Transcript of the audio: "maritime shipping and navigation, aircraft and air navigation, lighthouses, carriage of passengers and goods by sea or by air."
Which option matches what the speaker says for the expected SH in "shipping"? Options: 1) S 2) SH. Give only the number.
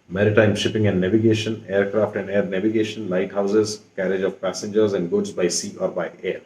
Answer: 2